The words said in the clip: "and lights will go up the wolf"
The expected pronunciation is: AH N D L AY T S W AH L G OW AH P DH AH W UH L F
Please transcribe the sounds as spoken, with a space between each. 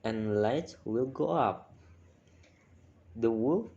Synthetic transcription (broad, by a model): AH N L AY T W AH L G OW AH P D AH W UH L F